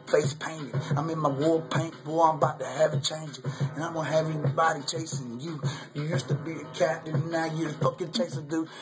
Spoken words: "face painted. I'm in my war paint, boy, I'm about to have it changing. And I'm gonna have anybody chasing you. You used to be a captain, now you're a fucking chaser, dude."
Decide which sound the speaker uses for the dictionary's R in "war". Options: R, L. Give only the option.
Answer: L